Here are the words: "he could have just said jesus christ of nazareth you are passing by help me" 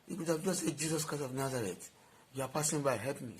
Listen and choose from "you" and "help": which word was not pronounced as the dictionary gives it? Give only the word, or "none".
help